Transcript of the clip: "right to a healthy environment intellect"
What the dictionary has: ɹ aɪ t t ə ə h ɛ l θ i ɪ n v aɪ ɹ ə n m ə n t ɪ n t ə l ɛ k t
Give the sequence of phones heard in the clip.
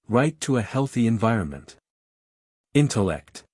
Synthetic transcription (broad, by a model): ɹ aɪ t t ə ə h ɛ l θ i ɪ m v aɪ ɹ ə n m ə n t ɪ n t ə l ɛ k t